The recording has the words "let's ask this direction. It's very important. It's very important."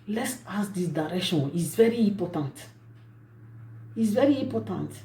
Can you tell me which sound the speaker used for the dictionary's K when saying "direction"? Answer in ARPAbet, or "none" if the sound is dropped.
none